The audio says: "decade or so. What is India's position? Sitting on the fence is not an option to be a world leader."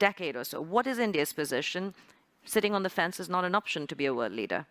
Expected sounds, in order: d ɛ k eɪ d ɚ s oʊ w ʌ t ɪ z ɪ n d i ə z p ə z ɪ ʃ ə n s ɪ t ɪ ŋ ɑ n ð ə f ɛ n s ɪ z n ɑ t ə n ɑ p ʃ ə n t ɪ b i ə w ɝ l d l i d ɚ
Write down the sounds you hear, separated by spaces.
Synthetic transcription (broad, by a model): ɛ k eɪ d ɚ s oʊ w ʌ t ɪ z ɪ n d i ə z p ə z ɪ ʃ ə n s ɪ t ɪ ŋ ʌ n ð ə f ɛ n s ɪ z n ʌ t ə n ɑ p ʃ ə n t ɪ b i ə w ɝ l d l i d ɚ